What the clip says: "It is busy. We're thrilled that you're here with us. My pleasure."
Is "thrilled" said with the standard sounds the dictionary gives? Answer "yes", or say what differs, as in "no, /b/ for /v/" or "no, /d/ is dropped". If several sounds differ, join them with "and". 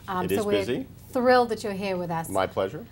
yes